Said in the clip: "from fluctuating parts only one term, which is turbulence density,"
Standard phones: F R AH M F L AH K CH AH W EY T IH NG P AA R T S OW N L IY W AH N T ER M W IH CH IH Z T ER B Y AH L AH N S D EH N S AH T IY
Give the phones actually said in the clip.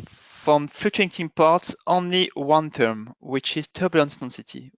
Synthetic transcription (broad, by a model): F R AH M F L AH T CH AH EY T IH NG P AA R T S OW N L IY W AH N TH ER M W IH CH IH Z T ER B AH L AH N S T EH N S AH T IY